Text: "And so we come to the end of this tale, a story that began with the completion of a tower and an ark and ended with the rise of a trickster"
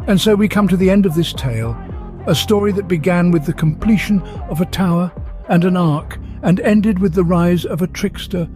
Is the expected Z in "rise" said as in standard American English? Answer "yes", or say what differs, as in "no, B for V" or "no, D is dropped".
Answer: yes